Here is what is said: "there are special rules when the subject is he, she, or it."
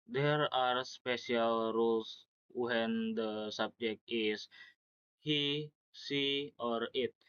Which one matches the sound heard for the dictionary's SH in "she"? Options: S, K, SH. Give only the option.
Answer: S